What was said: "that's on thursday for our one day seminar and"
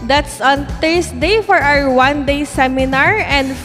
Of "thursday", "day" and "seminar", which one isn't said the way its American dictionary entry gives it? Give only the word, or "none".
thursday